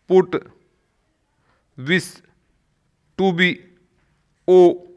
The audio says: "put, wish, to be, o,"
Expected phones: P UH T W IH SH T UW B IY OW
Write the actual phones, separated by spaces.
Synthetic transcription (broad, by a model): P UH T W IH S T UW B IY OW